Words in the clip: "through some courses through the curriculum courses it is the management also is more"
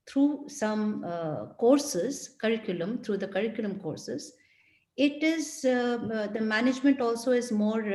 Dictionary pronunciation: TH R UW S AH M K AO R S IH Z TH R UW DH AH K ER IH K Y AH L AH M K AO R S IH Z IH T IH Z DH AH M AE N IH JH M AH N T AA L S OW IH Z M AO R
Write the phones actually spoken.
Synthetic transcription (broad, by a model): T R UW S AH M K AO R S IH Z T R UW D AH K ER IH K Y AH L AH M K AO R S IH Z IH T IH Z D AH M AE N IH JH M AH N T AA L S OW IH Z M AO R